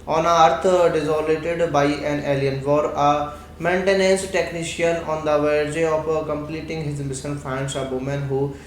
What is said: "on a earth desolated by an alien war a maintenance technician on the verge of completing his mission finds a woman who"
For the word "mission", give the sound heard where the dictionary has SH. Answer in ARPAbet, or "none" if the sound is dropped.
S